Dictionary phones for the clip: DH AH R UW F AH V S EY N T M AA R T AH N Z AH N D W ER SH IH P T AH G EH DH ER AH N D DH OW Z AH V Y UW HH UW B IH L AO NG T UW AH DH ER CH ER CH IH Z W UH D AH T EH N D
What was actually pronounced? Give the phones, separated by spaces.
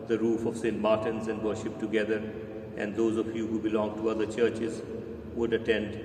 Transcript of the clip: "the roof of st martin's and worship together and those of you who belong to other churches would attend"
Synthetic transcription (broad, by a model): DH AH R UW F AH V S EY N T M AA R T AH N Z AH N D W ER SH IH P T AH G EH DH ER AH N D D OW Z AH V Y UW HH UW B IH L AO NG T UW AH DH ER CH ER CH IH Z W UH D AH T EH N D